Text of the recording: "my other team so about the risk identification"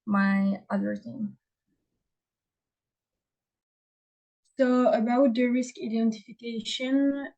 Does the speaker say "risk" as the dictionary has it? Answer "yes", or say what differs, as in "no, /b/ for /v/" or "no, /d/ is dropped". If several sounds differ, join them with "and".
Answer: yes